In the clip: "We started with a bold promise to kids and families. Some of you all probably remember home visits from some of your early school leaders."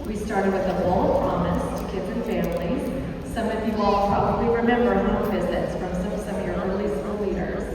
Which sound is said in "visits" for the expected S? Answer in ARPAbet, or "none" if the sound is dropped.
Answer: S